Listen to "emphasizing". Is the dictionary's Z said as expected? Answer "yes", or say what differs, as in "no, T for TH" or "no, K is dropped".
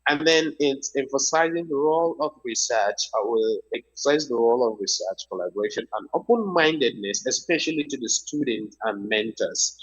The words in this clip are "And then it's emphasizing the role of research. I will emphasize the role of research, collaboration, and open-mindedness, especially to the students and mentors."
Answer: yes